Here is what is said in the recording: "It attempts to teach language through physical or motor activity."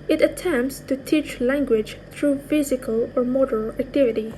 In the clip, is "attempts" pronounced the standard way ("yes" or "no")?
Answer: yes